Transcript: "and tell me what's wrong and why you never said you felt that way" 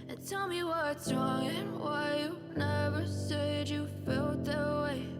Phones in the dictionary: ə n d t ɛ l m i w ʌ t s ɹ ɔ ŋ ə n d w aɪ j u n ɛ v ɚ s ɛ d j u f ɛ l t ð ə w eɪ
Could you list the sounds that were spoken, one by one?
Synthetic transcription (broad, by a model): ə n t ɛ l m i w ʌ t s ɹ ɔ ŋ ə n w aɪ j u n ɛ v ɚ s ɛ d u f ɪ l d ð ə w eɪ